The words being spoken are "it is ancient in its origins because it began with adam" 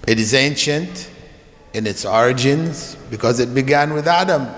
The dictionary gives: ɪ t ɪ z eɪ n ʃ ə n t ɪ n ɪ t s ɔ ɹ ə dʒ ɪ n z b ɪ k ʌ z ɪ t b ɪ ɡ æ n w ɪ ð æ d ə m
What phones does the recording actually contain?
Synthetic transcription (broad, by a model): ɪ t ɪ z eɪ n ʃ ə n t ɪ n ɪ t s ɔ ɹ ə dʒ ɪ n z b ɪ k ʌ z ɪ t b ɪ ɡ æ n w ɪ ð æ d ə m